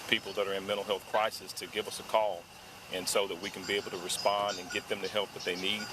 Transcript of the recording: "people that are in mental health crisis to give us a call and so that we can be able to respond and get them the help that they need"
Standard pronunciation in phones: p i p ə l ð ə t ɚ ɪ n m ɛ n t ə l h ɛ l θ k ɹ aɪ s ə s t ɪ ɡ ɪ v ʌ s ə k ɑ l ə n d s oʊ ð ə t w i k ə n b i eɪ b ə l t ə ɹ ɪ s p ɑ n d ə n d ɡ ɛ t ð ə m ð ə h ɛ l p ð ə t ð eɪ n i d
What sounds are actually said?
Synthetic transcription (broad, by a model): p i p l ð ə t ɚ ɪ n m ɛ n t l h ɛ l θ k ɹ aɪ s ə s t ɪ ɡ ɪ v ʌ s ə k ɑ l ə n s oʊ ð ə t w i k n b i eɪ b l t ə ɹ ɪ s p ɑ n d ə n ɡ ɛ t ð ə m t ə h ɛ l p ð ə t ð eɪ n i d